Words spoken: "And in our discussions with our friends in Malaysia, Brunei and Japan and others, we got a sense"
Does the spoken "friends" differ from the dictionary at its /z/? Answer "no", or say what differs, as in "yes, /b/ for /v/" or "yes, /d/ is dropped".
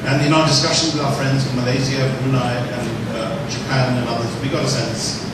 no